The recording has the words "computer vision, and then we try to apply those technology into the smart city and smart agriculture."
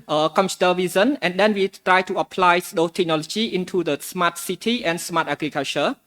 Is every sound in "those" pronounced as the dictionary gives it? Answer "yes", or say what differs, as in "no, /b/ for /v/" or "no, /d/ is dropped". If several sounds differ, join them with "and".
no, /z/ is dropped